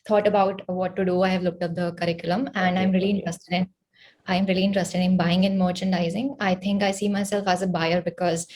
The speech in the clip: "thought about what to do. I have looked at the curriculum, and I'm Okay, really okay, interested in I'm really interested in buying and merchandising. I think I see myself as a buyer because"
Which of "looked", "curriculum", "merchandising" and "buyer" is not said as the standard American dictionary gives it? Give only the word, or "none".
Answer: none